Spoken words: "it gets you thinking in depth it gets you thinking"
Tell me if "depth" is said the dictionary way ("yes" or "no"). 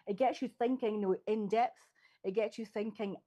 yes